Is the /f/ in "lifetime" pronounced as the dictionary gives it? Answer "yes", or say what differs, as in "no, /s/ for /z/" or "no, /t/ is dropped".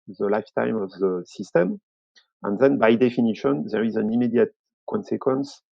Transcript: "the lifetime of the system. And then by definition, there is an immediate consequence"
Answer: yes